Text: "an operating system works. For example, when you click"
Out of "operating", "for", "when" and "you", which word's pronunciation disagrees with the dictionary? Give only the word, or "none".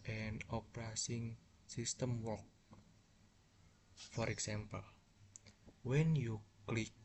operating